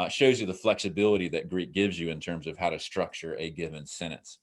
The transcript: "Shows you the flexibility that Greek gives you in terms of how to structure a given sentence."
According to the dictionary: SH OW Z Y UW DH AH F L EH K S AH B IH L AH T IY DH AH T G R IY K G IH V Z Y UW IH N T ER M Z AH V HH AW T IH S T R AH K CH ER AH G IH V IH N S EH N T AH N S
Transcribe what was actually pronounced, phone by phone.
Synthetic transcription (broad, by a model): SH OW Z Y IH DH AH F L EH K S AH B IH L AH T IY DH AH T G R IY K G IH V Z Y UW IH N T ER M Z AH V HH AW T IH S T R AH K CH ER AH G IH V IH N S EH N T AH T S